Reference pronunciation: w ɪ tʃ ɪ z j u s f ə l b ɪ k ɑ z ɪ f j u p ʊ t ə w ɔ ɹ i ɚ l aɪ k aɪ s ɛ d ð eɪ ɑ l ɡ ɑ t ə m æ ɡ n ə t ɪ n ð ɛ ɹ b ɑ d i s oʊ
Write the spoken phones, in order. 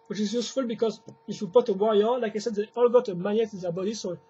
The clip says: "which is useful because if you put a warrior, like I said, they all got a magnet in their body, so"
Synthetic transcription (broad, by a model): w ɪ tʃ ɪ z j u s f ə l b ɪ k ɑ z ɪ f j u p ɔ t ə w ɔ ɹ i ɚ l aɪ k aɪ s ɛ d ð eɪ ɑ l ɡ ɑ t ə m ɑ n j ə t ɪ n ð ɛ b ɑ d i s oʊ